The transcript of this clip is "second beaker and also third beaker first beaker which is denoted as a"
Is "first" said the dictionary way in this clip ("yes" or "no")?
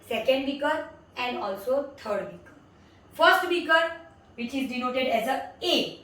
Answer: yes